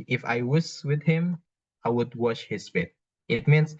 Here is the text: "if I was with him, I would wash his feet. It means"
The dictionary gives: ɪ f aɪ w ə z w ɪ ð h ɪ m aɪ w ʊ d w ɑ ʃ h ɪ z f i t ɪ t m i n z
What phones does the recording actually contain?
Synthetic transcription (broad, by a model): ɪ f aɪ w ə s w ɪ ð h ɪ m aɪ w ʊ d w ɑ ʃ h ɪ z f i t ɪ t m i n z